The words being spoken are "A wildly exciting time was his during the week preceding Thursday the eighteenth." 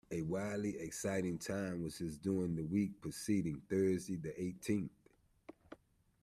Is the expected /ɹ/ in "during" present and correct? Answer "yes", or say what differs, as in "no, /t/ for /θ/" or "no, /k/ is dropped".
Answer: no, /ɹ/ is dropped